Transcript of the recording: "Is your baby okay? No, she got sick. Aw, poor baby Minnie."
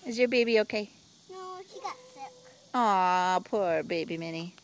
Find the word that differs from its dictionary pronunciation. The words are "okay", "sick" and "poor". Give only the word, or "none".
sick